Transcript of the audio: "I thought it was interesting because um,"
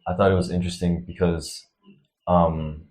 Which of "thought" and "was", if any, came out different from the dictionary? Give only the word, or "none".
none